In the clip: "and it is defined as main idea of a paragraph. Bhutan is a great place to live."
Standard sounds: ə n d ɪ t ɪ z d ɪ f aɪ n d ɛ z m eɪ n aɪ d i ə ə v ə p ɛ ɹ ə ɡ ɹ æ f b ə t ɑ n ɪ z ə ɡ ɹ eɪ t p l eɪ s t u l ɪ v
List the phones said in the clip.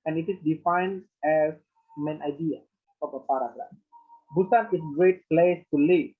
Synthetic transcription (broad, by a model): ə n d ɪ t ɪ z d ɪ f aɪ n d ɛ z m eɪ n aɪ d i ə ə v ə p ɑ ɹ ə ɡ ɹ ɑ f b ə s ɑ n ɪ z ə ɡ ɹ eɪ t p l eɪ s t u l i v